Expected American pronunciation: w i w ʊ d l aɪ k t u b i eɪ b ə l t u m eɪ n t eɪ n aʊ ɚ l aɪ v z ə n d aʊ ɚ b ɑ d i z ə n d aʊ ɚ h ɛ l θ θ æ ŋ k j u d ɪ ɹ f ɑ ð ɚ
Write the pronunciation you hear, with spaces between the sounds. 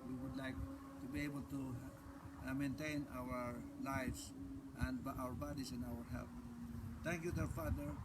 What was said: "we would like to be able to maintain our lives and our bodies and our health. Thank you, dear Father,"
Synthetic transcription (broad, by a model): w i w ʊ d l aɪ k t u b i eɪ b ə l t u m eɪ n t eɪ n aʊ ɚ l aɪ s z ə n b aʊ ɚ b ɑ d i s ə n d aʊ ɚ h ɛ l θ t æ ŋ k j u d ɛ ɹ f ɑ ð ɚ